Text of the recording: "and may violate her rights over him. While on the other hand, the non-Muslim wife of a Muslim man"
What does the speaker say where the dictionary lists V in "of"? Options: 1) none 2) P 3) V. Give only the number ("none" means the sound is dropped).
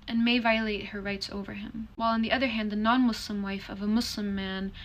3